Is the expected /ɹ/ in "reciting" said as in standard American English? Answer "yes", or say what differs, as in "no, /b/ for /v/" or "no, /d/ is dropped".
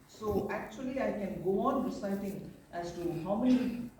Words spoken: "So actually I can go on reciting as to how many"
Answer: no, /w/ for /ɹ/